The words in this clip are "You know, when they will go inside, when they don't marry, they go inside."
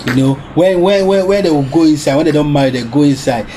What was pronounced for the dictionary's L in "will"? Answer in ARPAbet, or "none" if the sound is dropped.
W